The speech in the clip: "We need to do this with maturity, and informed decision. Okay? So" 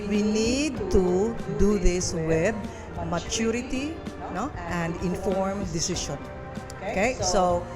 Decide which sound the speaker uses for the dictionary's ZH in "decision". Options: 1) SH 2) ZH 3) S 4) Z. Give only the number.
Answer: 1